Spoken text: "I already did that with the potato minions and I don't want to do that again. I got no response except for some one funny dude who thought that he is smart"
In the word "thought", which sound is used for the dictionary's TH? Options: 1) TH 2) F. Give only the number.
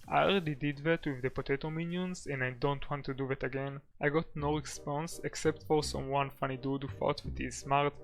2